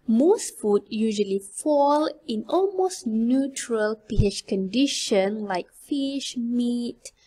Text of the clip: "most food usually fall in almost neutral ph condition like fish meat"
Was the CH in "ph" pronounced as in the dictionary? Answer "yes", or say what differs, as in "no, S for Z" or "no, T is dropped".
no, SH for CH